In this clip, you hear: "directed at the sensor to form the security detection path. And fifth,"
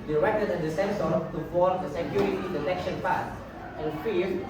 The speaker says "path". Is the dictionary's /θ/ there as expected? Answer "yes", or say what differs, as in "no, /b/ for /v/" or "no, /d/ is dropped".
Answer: no, /s/ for /θ/